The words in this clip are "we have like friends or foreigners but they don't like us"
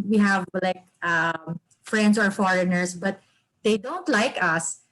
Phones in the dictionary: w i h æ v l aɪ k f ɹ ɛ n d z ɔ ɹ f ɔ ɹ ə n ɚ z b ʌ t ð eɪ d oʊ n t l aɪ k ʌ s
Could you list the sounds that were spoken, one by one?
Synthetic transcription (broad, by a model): w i h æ v l aɪ k f ɹ ɛ n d s ɔ ɹ f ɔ ɹ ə n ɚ s b ʌ t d eɪ d oʊ n t l aɪ k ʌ s